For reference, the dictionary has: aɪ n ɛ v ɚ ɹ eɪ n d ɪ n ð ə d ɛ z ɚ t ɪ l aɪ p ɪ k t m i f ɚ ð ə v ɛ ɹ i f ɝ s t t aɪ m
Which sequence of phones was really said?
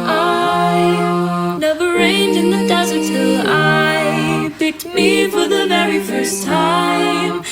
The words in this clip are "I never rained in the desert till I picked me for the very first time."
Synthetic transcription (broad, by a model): aɪ n ɛ v ɚ ɹ eɪ n d ɪ n ð ə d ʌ z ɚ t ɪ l aɪ b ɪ t m i f ɚ ð ə v ɛ ɹ i f ɝ s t t aɪ m